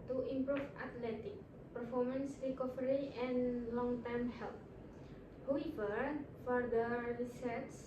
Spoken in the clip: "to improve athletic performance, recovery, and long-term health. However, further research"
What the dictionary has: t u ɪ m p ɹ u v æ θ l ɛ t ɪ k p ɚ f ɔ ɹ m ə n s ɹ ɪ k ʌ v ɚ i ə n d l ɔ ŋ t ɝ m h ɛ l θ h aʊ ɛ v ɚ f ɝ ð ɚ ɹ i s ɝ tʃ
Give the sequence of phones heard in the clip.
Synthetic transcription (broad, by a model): t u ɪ m p ɹ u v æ t l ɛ t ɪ k p ɚ f ɔ ɹ m ə n s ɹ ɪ k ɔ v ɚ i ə n l ɔ ŋ t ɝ m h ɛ l t h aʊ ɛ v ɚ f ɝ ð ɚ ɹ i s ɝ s